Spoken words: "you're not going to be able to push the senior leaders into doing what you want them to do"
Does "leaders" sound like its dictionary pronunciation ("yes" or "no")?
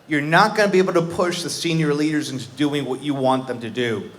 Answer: yes